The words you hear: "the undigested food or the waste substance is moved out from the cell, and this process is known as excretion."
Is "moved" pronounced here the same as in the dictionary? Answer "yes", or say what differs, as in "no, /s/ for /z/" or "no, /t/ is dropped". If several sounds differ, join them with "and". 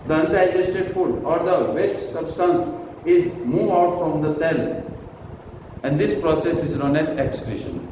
no, /d/ is dropped